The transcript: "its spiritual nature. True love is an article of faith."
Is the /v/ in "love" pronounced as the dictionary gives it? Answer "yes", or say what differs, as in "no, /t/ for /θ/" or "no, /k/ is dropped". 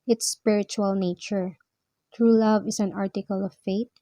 yes